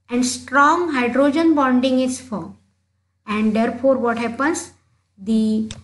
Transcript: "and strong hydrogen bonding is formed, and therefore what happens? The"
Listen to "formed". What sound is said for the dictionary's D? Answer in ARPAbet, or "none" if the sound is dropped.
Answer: none